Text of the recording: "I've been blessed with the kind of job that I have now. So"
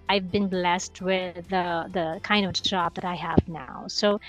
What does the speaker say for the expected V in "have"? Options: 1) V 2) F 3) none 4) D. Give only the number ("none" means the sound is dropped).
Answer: 1